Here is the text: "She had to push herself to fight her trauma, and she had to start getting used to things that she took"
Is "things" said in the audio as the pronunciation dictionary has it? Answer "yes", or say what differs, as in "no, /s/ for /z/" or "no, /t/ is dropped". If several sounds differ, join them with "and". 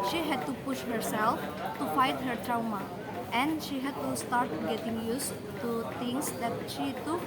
no, /t/ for /θ/